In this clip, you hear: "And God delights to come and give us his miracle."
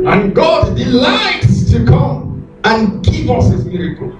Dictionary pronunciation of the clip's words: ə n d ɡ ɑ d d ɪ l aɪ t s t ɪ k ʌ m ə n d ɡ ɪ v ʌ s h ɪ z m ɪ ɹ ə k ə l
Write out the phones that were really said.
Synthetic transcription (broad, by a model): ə n ɡ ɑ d d ɪ l aɪ t s t ɪ k ʌ m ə n ɡ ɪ v ʌ s h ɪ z m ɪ ɹ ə k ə l